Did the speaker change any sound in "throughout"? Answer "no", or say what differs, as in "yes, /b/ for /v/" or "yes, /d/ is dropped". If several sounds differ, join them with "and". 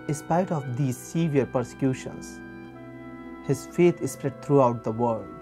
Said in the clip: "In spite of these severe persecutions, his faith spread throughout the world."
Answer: yes, /t/ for /θ/